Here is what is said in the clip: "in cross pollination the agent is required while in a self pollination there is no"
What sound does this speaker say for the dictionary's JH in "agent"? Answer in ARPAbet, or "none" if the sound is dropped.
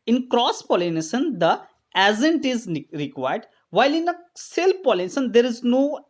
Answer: Z